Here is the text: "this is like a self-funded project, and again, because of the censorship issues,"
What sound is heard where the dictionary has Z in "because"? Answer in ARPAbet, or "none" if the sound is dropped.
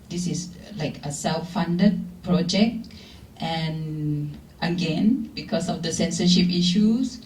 S